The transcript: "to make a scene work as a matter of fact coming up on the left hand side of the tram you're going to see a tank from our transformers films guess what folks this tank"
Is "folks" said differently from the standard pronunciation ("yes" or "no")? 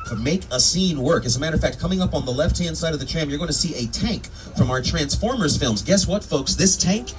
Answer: no